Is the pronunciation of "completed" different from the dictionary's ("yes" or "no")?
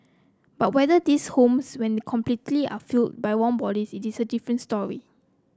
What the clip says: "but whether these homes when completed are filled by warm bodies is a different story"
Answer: yes